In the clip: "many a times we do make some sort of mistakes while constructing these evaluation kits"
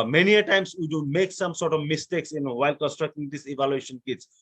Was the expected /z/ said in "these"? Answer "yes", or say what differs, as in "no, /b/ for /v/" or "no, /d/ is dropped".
no, /s/ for /z/